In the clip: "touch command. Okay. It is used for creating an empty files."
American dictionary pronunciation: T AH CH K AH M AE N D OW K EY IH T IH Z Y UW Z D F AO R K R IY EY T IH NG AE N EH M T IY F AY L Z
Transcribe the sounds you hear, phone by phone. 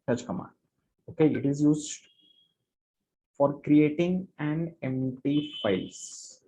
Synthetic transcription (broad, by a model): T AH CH K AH M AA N OW K EY IH T IH Z Y UW Z D F AO R K R IY EY T IH NG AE N EH M T IY F AY L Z